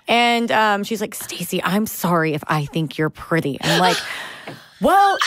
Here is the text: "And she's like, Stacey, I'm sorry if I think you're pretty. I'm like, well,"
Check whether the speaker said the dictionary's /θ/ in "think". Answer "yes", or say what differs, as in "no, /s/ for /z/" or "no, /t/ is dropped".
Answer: yes